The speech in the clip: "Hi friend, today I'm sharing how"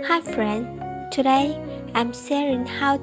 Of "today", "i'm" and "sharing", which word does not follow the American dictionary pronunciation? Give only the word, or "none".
sharing